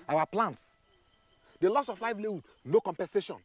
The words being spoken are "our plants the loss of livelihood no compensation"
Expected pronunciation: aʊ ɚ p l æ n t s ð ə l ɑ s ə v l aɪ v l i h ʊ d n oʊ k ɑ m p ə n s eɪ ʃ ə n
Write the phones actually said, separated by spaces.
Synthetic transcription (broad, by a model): aʊ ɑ p l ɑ n t s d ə l ɑ s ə f l aɪ f l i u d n oʊ k ɑ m p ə n s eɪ ʃ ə n